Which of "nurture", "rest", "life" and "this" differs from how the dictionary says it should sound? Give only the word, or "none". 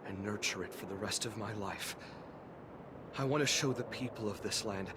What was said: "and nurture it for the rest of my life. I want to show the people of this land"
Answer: none